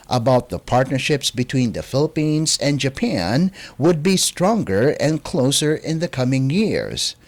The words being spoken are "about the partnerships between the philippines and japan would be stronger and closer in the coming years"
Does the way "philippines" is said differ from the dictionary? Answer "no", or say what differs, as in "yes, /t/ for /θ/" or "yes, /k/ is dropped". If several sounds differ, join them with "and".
no